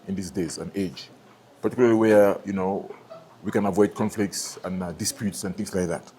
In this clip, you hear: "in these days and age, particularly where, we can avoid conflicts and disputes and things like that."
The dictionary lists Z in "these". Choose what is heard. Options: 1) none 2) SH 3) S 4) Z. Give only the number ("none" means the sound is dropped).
3